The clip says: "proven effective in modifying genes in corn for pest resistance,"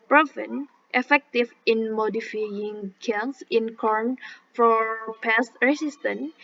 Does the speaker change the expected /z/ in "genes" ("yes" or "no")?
yes